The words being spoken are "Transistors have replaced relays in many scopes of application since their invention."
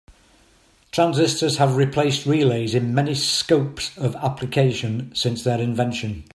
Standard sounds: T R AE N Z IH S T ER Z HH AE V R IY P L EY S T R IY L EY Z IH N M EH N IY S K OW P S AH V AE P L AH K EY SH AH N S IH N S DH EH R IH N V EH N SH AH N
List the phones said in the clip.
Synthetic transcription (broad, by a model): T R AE N Z IH S T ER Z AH V R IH P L EY S T R IY L EY Z IH N M EH N IY S K OW P S AH V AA P L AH K EY SH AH N S IH N S DH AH R IH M V EH N SH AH N